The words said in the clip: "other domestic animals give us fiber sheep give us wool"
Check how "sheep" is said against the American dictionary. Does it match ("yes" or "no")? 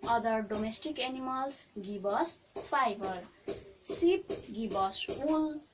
no